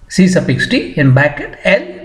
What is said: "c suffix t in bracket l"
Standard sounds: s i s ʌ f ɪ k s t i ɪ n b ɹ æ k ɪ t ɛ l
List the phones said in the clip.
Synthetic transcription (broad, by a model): s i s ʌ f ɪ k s t i ɪ n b æ k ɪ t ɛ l